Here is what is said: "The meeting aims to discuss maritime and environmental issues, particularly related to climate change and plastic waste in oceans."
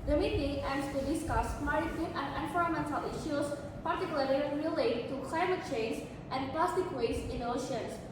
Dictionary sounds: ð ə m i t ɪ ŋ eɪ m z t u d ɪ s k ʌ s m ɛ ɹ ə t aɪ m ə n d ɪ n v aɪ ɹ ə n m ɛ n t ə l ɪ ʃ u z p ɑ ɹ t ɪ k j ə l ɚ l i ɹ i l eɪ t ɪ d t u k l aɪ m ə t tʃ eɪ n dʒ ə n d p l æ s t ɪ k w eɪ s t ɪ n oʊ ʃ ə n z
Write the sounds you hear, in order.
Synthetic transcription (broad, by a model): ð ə m i t ɪ ŋ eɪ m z t u d ɪ s k ʌ s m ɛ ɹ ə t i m ə n d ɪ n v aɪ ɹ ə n m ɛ n t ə l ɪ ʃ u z p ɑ ɹ t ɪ k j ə l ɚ l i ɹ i l eɪ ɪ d t u k l aɪ m ə t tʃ eɪ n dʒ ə n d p l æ s t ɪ k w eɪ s ɪ n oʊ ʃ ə n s